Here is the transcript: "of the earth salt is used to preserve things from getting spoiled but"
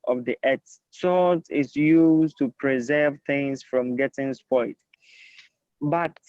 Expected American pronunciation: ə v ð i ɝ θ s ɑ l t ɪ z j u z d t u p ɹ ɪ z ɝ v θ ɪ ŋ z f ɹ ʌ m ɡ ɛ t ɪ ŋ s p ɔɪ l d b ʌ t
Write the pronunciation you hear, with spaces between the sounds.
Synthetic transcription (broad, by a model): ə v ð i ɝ s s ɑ t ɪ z j u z t u p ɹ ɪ z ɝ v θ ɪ ŋ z f ɹ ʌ m ɡ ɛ t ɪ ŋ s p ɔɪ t b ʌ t